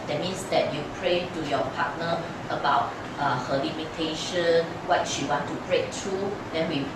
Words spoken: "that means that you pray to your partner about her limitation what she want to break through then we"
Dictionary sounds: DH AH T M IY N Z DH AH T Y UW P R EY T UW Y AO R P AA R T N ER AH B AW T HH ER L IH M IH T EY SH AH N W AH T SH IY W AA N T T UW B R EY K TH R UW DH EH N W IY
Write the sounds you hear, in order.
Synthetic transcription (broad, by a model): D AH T M IY N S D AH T Y UW P R EY T UW Y AO P AA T N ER AH B AW T HH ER L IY M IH T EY SH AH N W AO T SH IY W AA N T T UW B R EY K T R UW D EH N W IY